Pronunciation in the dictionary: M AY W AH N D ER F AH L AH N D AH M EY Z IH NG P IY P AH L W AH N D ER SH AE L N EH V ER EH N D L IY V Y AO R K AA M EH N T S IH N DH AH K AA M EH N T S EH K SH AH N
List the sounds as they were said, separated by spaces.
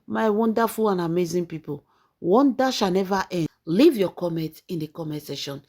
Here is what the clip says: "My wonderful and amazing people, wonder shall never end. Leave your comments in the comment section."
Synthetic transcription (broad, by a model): M AY W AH N D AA F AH L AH N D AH M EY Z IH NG P IY P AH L W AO N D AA SH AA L N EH V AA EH L IY V Y AO K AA M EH N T IH N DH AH K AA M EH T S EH SH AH N